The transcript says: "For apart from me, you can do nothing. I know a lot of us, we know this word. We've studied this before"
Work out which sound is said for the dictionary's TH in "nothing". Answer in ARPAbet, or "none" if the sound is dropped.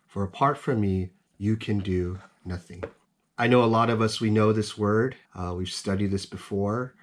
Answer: TH